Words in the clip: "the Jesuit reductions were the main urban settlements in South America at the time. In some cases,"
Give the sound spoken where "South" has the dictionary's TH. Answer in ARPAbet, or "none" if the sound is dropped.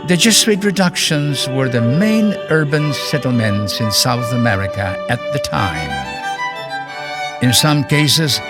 TH